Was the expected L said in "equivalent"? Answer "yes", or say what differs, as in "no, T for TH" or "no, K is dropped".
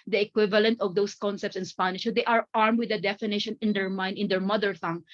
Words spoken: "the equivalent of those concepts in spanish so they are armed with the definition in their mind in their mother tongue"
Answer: yes